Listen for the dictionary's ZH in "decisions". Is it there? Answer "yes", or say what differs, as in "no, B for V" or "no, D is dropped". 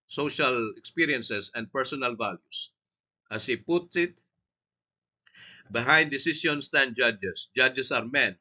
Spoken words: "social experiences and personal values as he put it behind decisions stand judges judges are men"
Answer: no, S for ZH